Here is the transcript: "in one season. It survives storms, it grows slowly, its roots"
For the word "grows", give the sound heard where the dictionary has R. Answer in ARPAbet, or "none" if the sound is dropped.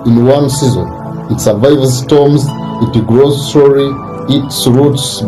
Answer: R